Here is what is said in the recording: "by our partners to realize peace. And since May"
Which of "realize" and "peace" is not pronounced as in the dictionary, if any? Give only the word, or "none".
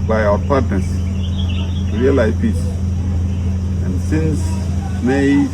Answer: realize